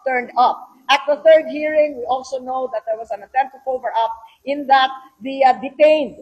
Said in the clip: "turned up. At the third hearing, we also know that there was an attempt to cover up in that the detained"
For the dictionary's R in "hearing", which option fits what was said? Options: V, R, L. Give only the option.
R